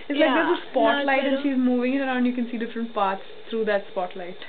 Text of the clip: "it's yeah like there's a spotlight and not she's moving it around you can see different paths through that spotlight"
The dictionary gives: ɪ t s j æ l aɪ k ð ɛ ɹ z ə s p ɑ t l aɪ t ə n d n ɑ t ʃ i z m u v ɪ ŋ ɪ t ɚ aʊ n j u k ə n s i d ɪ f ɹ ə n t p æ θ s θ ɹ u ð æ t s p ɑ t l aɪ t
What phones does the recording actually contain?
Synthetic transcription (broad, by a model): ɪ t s l aɪ k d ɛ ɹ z ə s p ɑ t l aɪ t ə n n ʃ i z m u v ɪ ŋ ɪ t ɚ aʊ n j u k ə n s i d ɪ f ɹ ə n t p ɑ t s t ɹ u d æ t s p ɑ t l aɪ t